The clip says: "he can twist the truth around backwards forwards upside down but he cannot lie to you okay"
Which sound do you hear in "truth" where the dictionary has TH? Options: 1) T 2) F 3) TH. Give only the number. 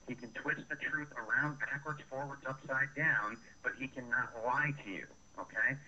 3